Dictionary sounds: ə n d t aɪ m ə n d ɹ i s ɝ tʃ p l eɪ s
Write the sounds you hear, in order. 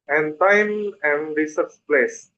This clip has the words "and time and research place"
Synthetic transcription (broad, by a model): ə n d t aɪ m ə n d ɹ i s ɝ s p l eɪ s